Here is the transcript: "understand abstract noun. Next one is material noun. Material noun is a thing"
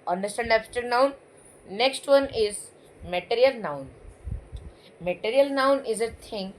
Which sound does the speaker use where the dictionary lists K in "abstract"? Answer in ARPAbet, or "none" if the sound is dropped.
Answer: none